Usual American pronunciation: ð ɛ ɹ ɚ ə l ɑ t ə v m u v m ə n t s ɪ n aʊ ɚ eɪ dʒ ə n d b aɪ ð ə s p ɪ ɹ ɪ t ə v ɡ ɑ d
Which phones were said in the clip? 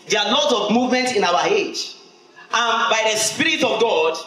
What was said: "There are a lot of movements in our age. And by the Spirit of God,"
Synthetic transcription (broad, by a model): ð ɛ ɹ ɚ ə l ɑ t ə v m u v m ə n t s ɪ n aʊ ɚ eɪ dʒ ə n b aɪ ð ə s p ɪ ɹ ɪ t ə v ɡ ɑ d